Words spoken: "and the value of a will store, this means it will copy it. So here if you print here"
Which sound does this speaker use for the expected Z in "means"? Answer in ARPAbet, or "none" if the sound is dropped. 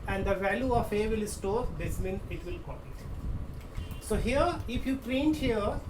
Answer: none